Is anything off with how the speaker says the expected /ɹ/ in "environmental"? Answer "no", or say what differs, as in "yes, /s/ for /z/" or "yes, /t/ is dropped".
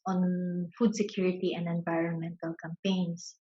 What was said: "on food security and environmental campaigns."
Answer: no